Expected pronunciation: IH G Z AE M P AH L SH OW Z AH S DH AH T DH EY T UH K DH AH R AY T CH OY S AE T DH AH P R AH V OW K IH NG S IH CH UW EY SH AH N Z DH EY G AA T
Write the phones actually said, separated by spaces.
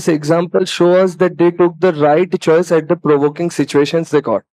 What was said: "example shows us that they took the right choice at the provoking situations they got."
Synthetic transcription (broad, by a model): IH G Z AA M P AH L SH OW AH S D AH T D EY T UH K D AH R AY T CH OY S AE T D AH P R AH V OW K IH NG S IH CH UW EY SH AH N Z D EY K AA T